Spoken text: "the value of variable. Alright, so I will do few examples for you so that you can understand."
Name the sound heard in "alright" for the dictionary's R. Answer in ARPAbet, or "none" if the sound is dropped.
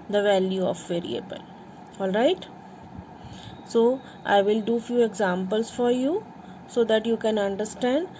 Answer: R